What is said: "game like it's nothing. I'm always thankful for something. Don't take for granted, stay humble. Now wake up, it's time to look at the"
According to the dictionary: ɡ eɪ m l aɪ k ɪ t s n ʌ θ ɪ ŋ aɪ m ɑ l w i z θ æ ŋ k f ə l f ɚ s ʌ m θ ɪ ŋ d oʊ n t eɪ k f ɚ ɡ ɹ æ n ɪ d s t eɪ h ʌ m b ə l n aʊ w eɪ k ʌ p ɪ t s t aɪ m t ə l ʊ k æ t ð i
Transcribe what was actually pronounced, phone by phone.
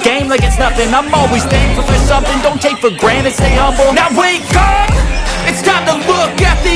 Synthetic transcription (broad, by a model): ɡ eɪ m l aɪ k ɪ t s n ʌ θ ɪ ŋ aɪ m ɑ l w i z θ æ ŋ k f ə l f ɚ s ʌ m θ ɪ ŋ d oʊ n t eɪ k f ɚ ɡ ɹ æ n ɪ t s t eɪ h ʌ b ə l n aʊ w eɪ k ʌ ɪ t s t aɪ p t ə l ʊ k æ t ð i